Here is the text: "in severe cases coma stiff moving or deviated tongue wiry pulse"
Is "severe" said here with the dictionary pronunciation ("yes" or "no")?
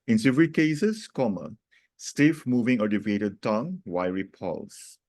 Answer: no